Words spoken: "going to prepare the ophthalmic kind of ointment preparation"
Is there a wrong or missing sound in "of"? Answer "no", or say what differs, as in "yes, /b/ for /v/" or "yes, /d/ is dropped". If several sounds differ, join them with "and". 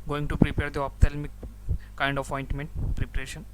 yes, /p/ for /v/